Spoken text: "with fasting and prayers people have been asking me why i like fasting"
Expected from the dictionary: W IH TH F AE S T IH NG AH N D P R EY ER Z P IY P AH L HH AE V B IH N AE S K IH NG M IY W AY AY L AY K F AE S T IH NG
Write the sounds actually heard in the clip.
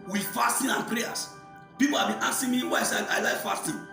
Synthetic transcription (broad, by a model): W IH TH F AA S T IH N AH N P R EY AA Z P IY P AH L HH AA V B IH N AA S IH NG M IY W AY AY L AY K F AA S T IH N